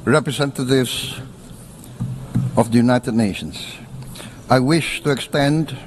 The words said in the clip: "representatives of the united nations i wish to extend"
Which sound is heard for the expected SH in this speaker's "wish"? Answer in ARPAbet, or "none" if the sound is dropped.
SH